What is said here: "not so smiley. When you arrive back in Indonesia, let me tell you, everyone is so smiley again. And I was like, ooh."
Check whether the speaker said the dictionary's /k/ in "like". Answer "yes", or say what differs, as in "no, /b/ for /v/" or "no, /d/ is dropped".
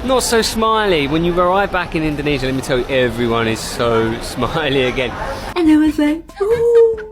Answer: no, /k/ is dropped